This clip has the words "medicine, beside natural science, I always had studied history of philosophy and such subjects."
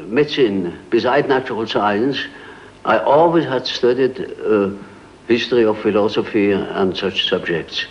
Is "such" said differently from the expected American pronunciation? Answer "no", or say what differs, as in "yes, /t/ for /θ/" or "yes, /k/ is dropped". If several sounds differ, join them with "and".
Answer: no